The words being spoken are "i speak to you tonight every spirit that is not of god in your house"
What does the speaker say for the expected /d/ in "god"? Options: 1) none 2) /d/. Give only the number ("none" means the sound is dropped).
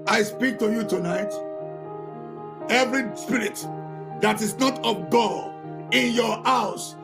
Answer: 1